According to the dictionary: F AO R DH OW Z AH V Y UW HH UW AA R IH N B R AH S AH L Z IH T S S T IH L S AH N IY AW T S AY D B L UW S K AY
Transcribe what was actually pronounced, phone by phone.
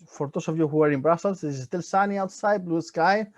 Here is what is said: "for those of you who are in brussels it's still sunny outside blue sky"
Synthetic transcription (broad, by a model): F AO R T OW S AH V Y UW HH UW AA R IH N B R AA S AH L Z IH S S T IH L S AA N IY AW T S AY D B L UW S K AY